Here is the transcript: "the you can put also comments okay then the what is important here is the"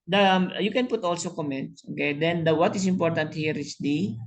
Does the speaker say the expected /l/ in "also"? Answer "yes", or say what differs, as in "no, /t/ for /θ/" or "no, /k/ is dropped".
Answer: yes